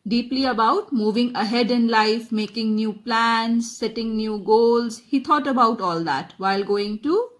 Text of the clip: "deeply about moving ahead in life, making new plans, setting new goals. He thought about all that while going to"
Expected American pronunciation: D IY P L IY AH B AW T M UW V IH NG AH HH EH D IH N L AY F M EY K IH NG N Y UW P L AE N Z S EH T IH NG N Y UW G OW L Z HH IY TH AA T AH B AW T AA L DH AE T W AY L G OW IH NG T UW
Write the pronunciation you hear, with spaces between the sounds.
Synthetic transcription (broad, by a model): D IY P L IY AH B AW T M UW V IH NG AH HH EH D IH N L AY F M EY K IH NG N Y UW P L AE N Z S EH T IH NG N Y UW G OW L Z HH IY T AA T AH B AW T AA L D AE T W AY L G OW IH NG T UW